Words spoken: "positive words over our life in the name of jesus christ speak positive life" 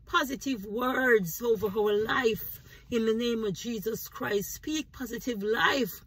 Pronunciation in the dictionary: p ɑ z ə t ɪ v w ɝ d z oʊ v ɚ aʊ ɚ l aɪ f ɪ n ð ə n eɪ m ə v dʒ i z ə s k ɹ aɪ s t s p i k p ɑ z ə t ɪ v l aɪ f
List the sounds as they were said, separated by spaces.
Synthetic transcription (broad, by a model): p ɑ z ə t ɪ v w ɝ d z oʊ v ɚ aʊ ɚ l aɪ f ɪ n ð ə n eɪ m ə v dʒ i z ə s k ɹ aɪ s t s p i k p ɑ z ə t ɪ v l aɪ f